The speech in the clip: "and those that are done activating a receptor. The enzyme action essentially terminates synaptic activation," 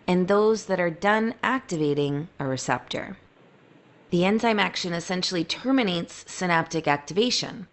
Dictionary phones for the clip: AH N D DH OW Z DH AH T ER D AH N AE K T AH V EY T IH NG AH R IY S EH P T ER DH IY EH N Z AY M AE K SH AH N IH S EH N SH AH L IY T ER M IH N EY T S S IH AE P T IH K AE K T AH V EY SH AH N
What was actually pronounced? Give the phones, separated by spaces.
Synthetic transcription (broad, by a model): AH N DH OW Z DH AH T ER D AH N AE K T AH V EY T IH NG AH R IY S EH P T ER DH IY EH N Z AY M AE K SH AH N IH S EH N SH L IY T ER M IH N EY T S S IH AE P T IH K AE K T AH V EY SH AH N